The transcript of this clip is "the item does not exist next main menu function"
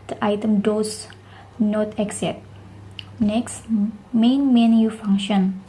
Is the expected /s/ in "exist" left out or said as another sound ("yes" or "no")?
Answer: yes